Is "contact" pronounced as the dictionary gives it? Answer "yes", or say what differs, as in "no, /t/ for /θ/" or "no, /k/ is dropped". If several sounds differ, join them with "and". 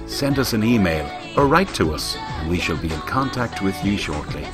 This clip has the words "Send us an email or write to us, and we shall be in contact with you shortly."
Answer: yes